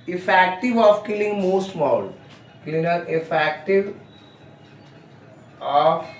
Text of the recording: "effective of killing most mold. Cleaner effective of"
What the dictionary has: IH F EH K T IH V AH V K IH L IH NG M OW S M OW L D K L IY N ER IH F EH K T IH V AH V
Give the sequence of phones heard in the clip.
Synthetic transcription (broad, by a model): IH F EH K T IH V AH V K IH L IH NG M OW S M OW L K L IY N ER IH F EH K T IH V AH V